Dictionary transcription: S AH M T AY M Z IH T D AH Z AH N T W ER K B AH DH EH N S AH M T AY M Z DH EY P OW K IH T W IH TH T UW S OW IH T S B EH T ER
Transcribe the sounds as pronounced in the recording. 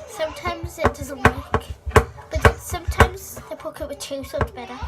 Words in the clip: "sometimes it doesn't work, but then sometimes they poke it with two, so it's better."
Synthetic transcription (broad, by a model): S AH M T AY M Z IH T D AH Z AH N T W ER K B AH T S AH M T AY M Z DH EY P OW K IH T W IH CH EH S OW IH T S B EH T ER